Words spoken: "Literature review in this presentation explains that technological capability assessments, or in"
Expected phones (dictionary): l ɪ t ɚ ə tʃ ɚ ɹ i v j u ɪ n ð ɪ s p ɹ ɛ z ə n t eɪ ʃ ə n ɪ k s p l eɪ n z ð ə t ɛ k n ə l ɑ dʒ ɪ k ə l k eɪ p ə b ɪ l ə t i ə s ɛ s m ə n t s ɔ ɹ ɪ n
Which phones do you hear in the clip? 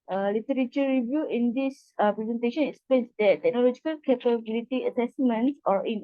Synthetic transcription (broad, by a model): l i t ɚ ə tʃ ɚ ɹ i v j u ɪ n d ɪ s p ɹ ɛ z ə n t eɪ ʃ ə n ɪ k s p eɪ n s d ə t ɛ k n ə l ɑ dʒ ɪ k ə l k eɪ p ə b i l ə t i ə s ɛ s m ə n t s ɔ ɹ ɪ n